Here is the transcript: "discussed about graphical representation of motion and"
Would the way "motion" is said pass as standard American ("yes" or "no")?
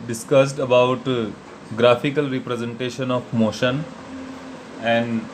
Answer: yes